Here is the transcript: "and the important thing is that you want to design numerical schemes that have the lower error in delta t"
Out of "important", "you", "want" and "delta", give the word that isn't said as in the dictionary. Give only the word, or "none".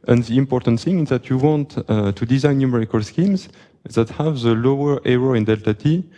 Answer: none